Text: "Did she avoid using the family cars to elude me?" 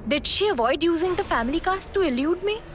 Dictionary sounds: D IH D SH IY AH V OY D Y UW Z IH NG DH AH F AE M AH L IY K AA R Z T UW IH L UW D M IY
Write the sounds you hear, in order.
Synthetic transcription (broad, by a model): D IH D SH IY AH V OY D Y UW Z IH NG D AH F AE M AH L IY K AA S T UW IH L UW D M IY